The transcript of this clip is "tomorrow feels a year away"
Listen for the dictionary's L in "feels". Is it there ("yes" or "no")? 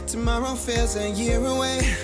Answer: no